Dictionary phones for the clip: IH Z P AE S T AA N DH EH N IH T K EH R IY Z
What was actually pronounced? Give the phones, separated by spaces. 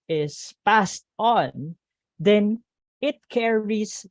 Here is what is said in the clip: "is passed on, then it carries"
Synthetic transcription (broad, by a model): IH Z P AE S T AA N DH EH N IH T K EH R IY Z